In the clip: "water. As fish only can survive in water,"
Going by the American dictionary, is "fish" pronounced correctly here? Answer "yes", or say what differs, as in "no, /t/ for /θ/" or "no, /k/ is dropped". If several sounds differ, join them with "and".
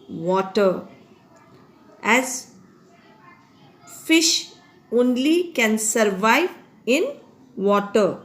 yes